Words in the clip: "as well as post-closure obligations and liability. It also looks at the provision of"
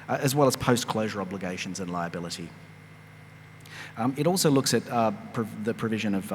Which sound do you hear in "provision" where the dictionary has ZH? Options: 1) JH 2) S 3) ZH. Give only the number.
3